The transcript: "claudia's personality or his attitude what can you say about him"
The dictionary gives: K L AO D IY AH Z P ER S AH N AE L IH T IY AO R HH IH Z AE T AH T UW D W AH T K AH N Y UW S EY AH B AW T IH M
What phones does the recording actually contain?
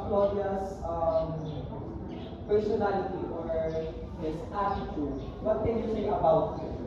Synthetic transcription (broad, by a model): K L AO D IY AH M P ER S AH N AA L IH T IY AO R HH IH S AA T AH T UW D W AH T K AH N Y UW S EY AH B AW T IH